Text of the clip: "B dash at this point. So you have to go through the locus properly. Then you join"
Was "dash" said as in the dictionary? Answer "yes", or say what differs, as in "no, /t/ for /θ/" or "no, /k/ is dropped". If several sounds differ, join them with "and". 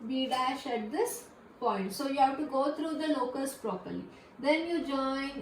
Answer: yes